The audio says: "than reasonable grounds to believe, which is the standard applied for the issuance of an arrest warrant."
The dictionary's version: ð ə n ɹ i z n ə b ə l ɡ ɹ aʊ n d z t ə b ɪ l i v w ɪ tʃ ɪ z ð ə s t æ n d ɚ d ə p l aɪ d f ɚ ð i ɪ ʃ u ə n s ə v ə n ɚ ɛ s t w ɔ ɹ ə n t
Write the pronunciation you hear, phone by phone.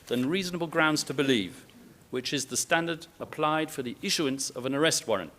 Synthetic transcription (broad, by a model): ð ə n ɹ i z n ə b ə l ɡ ɹ aʊ n d z t ə b ɪ l i v w ɪ tʃ ɪ z ð ə s t æ n d ɚ d ə p l aɪ d f ɚ ð i ɪ ʃ u ə n s ə v ə n ɚ ɛ s t w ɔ ɹ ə n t